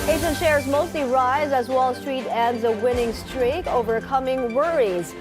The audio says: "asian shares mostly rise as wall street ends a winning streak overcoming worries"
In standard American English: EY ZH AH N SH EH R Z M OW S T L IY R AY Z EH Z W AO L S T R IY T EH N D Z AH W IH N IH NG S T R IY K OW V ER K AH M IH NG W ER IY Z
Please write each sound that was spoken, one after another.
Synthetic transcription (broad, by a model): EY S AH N SH EH R Z M OW S T L IY R AY Z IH Z W AO L S T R IY T EH N D Z AH W IH N IH NG S T R IY K OW V ER K AH M IH NG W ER IY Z